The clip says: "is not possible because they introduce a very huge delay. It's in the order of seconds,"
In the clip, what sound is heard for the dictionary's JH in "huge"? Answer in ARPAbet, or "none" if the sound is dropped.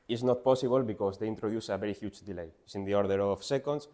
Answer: CH